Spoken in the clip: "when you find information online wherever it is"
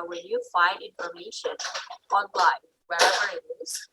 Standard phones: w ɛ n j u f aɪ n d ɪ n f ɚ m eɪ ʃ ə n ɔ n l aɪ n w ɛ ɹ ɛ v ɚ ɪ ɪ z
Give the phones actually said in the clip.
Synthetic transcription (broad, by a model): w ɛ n j u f aɪ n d ɪ n f ɚ m eɪ ʃ ə n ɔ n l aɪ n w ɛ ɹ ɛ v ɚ ɪ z